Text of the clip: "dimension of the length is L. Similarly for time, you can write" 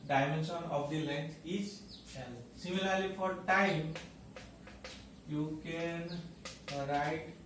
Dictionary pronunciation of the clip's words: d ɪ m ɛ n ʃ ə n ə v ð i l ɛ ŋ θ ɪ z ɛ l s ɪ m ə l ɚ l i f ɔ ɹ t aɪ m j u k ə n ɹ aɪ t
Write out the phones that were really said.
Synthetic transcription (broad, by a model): d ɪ m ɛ n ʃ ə n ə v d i l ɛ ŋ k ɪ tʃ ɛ n s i m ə l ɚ l i f ɔ ɹ t aɪ m j u k ə n ɹ aɪ t